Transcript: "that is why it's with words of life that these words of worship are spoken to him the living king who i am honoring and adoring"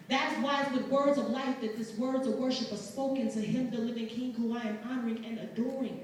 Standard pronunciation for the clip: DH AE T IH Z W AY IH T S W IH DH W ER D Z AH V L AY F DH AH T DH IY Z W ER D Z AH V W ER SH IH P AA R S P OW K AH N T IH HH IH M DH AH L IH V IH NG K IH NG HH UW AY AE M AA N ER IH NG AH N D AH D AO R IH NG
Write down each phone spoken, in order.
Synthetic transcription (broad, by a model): DH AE T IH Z W AY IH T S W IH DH W ER D Z AH V L AY F DH AH T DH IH S W ER D Z AH V W ER SH IH P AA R S P OW K AH N T IH HH IH M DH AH L IH V IH NG K IH NG HH UW AY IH M AA N ER IH NG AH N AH D AO R IH NG